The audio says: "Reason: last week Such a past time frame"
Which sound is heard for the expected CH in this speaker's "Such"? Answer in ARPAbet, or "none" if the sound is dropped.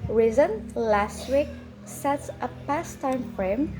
S